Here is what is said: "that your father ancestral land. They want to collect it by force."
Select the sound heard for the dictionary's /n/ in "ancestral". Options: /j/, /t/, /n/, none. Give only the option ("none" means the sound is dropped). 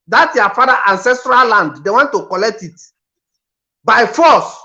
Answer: /n/